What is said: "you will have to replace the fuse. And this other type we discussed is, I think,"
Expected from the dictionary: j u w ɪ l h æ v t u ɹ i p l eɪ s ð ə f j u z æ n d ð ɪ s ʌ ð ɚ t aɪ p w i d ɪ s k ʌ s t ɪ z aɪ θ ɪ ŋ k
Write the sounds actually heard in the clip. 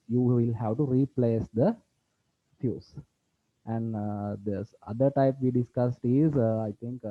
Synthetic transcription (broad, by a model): j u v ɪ l h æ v t u ɹ i p l eɪ s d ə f j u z æ n d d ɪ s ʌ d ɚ t aɪ p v i d ɪ s k ʌ s t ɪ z aɪ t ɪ ŋ k